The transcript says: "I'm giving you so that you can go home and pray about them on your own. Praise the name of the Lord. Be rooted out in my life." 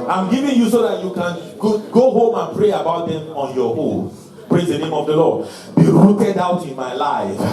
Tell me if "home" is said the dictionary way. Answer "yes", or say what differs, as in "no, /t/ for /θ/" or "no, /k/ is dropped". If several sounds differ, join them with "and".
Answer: yes